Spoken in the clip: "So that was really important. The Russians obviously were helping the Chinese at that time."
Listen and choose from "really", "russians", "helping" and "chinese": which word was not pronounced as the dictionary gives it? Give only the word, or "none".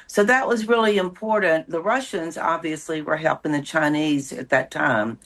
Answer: none